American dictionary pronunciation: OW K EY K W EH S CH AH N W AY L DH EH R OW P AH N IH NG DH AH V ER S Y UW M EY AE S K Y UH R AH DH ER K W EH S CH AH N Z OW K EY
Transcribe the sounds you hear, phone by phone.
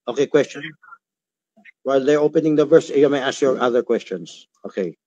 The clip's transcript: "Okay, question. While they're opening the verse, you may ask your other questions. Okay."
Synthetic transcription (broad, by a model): OW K EY K W EH S CH AH N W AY L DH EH R OW P AH N IH NG DH AH V ER S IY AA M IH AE S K Y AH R AH DH ER K W EH S CH AH N Z OW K EY